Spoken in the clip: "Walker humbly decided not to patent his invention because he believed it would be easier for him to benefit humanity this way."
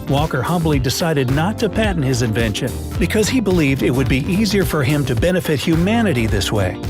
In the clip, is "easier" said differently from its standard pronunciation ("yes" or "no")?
no